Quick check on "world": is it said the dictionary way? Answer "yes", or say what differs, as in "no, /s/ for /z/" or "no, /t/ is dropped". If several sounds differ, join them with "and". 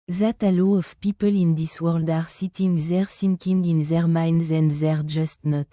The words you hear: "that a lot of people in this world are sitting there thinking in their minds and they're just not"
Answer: yes